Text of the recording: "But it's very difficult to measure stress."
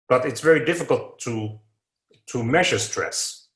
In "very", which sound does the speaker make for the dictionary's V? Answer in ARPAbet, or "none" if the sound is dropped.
V